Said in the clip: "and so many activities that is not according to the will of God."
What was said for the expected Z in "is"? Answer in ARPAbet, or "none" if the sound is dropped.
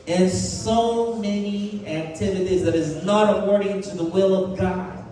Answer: Z